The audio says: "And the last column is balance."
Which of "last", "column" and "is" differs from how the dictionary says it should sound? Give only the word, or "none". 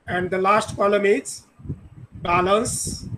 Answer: is